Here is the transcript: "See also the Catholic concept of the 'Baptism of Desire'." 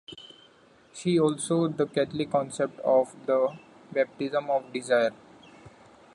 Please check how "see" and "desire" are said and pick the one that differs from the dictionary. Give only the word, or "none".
see